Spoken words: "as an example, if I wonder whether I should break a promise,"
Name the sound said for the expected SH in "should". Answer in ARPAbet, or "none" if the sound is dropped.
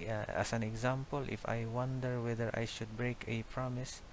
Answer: SH